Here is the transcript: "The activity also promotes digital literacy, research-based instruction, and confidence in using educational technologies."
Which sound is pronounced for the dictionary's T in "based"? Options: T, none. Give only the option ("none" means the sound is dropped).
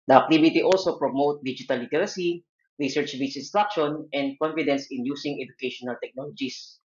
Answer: none